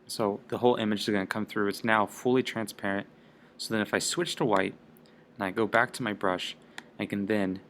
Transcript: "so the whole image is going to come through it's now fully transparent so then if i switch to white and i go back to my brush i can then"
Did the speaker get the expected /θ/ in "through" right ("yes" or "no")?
yes